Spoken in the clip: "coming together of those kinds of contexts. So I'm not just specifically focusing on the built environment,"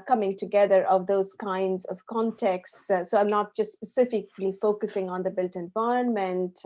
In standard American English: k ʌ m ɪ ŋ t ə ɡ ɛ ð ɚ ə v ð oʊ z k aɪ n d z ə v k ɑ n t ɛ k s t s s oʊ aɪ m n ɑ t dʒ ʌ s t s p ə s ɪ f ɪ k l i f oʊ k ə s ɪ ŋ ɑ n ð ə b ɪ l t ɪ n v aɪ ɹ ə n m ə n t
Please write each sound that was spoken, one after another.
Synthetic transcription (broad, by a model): k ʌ m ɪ ŋ t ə ɡ ɛ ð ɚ ə v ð oʊ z k aɪ n d z ə v k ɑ n t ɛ k s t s s oʊ aɪ m n ɑ t dʒ ʌ s t s p ə s ɪ f ɪ k l i f oʊ k ə s ɪ ŋ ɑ n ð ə b ɪ l t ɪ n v aɪ ɹ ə n m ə n t